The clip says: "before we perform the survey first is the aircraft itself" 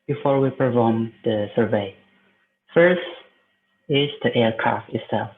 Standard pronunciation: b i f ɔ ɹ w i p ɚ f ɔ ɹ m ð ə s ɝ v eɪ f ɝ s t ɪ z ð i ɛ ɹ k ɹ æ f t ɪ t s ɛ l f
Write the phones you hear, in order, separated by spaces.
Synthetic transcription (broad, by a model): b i f ɔ ɹ w i p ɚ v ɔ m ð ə s ɝ v eɪ f ɝ s t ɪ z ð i ɛ ɹ k ɹ æ f t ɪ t s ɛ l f